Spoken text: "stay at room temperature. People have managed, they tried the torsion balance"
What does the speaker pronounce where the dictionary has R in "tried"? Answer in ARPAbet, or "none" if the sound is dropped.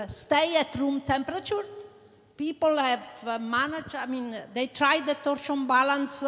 R